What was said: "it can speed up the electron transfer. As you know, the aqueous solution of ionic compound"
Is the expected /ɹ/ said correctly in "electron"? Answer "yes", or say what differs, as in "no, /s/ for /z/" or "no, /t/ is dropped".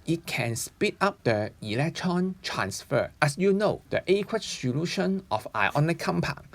yes